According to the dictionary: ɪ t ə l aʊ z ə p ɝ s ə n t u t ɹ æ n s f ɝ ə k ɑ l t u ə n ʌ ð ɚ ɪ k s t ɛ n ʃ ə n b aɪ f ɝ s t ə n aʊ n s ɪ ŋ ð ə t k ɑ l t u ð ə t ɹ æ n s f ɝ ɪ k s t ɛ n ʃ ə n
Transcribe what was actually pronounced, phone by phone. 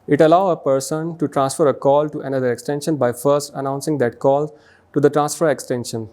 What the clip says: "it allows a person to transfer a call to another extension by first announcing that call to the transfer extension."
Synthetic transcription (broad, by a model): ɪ t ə l aʊ ə p ɝ s ə n t u t ɹ æ n s f ɝ ə k ɑ l t u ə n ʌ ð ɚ ɪ k s t ɛ n ʃ ə n b aɪ f ɝ s t ə n aʊ n s ɪ ŋ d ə t k ɑ l t u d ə t ɹ æ n s f ɝ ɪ k s t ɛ n ʃ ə n